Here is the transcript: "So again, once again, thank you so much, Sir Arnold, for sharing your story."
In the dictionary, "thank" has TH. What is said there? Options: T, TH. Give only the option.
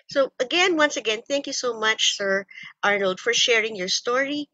TH